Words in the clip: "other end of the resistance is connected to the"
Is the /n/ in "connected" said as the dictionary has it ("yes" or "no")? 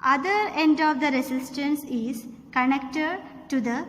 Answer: yes